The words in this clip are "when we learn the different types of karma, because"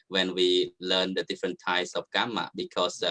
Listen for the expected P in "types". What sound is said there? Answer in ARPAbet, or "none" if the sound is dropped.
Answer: none